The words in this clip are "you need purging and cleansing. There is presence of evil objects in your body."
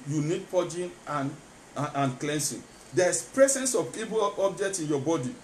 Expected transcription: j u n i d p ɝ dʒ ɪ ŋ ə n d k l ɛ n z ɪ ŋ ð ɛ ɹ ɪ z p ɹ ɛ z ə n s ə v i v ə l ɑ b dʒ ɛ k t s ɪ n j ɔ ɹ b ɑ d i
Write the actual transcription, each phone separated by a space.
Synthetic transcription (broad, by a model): j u n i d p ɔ dʒ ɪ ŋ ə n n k l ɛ n s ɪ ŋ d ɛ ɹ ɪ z p ɹ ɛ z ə n s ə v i b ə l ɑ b dʒ ɛ k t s ɪ n j ɔ b ɑ d i